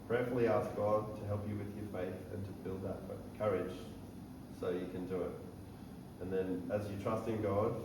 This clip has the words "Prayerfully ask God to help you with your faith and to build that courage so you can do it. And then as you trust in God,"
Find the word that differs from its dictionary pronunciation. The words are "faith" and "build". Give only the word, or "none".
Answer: none